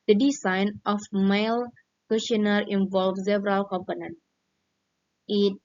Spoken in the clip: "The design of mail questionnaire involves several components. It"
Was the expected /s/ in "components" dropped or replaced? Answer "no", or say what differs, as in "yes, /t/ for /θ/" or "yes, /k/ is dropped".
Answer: yes, /s/ is dropped